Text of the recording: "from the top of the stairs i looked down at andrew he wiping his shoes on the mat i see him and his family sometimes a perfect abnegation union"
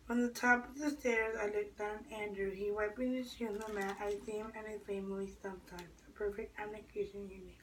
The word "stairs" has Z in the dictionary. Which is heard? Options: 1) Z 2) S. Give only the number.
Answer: 1